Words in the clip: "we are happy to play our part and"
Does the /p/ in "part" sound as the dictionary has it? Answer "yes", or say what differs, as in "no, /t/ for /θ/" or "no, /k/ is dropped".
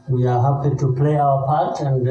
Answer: yes